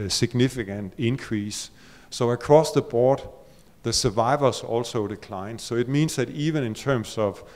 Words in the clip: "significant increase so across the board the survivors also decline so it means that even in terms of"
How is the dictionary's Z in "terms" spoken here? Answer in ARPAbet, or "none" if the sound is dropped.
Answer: S